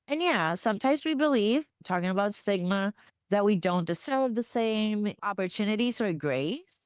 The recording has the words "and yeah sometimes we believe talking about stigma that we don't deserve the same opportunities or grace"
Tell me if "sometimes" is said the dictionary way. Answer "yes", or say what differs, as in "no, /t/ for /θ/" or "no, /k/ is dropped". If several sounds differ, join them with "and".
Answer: yes